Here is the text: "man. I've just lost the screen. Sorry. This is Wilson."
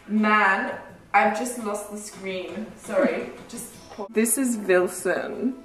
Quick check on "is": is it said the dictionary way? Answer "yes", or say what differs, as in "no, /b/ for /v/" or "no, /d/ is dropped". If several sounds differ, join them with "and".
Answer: yes